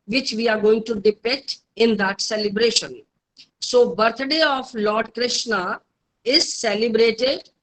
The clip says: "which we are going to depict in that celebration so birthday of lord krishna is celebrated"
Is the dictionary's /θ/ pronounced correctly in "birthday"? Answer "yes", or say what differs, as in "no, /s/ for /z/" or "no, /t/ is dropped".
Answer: no, /t/ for /θ/